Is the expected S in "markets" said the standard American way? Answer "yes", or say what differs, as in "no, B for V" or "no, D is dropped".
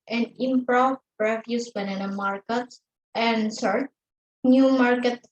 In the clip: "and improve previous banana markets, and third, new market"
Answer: no, S is dropped